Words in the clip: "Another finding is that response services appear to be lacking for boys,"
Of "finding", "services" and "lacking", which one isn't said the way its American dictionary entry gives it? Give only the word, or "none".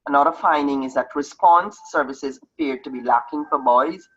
none